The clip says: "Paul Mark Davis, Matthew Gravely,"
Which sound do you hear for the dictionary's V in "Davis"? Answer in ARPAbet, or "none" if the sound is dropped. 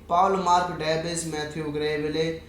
B